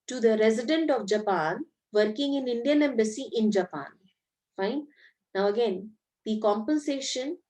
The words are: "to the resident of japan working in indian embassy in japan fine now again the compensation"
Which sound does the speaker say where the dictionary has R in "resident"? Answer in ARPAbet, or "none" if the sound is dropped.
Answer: R